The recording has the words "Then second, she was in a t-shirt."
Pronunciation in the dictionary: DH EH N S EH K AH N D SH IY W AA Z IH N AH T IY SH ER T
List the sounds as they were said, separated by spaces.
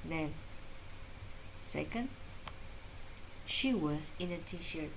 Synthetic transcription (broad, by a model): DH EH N S EH K AH N D SH IY W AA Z IH N AH T IY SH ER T